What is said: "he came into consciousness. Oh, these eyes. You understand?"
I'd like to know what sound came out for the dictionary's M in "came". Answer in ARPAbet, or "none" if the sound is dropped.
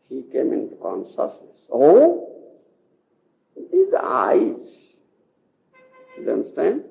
M